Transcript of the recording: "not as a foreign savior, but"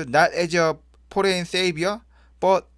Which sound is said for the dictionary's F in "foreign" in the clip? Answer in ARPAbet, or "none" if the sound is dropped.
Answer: P